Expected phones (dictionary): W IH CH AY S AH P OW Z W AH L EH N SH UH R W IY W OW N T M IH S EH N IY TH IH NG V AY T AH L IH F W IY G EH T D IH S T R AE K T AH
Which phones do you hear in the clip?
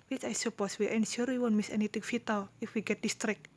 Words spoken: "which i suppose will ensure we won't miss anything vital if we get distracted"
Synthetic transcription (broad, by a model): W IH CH AY S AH P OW S W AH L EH N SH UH R W IY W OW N M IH S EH N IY T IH NG F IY T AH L IH F W IY G EH T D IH S T R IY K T